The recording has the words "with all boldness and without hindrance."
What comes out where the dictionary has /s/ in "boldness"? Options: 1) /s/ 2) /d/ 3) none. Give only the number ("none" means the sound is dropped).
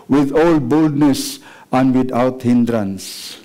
1